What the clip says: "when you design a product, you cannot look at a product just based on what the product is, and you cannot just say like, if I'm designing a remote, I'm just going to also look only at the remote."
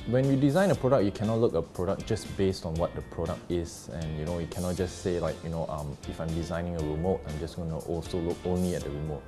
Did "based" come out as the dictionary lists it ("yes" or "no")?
yes